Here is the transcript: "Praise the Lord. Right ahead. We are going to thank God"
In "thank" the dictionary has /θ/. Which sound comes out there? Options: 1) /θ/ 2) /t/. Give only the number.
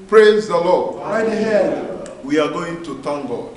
2